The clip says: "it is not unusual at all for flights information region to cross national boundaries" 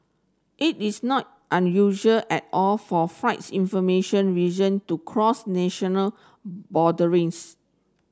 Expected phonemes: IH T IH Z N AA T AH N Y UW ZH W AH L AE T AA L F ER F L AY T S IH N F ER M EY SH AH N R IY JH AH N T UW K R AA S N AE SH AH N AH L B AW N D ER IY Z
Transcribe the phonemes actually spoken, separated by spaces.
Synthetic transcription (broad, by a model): IH T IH S N AA T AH N Y UW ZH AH L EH T AA L F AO F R AY T S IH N F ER M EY SH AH N R IY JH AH N T UW K R AA S N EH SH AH N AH L B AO D ER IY S